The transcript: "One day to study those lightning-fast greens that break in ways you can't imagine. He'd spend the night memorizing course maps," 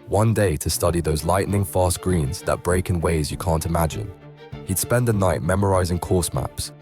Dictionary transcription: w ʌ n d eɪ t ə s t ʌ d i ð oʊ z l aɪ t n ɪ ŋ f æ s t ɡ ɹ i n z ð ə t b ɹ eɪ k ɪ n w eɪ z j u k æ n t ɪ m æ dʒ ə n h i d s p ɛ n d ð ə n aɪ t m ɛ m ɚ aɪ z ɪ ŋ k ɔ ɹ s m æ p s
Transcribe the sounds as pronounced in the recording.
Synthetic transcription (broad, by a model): w ʌ n d eɪ t ə s t ʌ d i ð oʊ z l aɪ t n ɪ ŋ f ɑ s ɡ ɹ i n z ð ə t b ɹ eɪ k ɪ n w eɪ z j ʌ k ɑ n t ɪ m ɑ dʒ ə n h i d s p ɛ n d ð ə n aɪ t m ɛ m ɚ aɪ z ɪ ŋ k ɔ s m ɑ p s